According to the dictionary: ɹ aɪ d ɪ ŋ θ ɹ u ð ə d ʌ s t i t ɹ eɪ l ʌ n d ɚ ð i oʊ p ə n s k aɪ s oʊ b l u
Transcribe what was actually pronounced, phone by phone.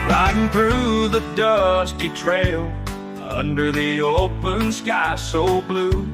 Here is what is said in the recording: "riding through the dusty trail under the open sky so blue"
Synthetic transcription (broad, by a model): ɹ aɪ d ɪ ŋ θ ɹ u ð ə d ʌ s t i t ɹ eɪ l ʌ n d ɚ ð i oʊ p ə n s k aɪ s oʊ b l u